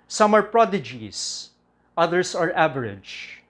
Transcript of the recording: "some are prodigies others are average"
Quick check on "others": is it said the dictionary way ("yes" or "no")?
no